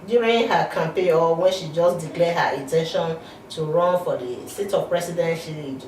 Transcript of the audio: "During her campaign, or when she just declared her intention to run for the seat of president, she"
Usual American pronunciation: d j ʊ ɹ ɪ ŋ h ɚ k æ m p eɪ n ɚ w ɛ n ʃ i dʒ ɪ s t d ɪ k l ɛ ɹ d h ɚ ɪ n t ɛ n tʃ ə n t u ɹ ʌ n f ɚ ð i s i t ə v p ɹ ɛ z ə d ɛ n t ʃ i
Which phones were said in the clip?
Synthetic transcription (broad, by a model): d j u ɹ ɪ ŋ h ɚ k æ m p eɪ ɔ w ɛ n ʃ i dʒ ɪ s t d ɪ k l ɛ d h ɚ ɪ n t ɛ n ʃ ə n t u ɹ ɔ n f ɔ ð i s i t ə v p ɹ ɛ s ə d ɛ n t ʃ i